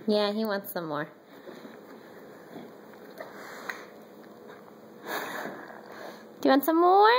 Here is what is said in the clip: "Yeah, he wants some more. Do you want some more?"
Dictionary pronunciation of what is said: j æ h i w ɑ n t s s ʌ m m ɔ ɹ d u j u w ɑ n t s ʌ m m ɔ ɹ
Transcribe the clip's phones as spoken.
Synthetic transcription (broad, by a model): j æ h i w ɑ n t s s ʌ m m ɔ ɹ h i w ɑ n t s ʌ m m ɔ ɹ